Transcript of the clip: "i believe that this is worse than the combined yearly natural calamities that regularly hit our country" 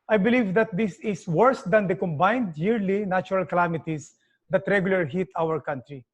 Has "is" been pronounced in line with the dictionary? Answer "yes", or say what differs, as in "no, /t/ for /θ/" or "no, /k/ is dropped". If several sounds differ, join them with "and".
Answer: no, /s/ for /z/